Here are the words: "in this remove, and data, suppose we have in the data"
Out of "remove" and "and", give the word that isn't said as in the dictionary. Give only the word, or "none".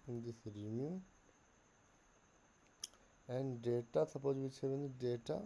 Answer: remove